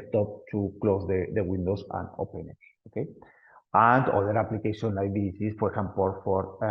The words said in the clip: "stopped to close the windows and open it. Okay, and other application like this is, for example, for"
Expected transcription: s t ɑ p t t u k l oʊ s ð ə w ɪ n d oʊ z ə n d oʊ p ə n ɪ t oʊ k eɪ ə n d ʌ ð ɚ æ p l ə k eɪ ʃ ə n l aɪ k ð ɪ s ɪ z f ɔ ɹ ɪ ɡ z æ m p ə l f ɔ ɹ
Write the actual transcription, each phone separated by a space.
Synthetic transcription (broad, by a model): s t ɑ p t t u k l oʊ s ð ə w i n d oʊ s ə n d oʊ p ə n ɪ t oʊ k eɪ ə n d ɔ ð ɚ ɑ p l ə k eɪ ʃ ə n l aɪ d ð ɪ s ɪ s f ɔ ɹ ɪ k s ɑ m p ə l f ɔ ɹ